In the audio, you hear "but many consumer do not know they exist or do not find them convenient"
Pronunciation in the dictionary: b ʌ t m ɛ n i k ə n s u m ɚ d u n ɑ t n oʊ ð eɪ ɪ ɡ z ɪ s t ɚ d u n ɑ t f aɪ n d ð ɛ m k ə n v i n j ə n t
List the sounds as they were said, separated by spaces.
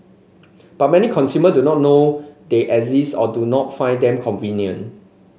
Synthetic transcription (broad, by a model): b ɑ t m ɛ n i k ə n s u m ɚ d u n ɑ t n oʊ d eɪ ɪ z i s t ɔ d u n ɑ t f aɪ n d ɛ m k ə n v i n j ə n